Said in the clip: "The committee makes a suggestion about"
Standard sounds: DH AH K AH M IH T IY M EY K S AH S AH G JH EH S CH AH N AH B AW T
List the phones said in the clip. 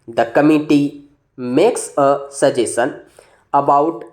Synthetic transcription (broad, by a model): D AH K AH M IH T IY M EY K S AH S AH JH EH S AH N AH B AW T